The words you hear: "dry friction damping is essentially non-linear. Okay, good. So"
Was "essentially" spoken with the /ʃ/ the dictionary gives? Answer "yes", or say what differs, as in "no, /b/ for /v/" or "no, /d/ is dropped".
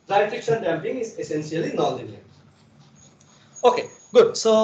no, /s/ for /ʃ/